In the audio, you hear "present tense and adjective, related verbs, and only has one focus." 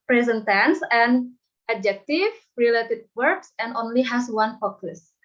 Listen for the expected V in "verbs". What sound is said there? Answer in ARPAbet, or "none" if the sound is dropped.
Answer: W